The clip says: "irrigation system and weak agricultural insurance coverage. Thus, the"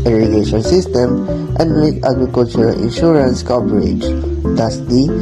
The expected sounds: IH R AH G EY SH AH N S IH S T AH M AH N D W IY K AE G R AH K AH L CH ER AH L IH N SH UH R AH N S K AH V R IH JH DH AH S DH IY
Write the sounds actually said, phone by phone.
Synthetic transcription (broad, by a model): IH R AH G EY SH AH N S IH S T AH M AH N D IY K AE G R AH K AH L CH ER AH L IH N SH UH R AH N S K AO P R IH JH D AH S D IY